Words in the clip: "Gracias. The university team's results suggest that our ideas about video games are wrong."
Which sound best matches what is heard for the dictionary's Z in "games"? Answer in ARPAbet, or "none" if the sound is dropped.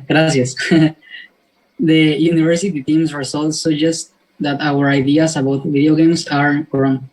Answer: S